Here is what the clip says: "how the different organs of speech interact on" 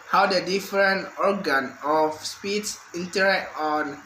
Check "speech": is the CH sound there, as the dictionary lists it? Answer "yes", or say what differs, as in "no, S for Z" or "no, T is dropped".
no, S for CH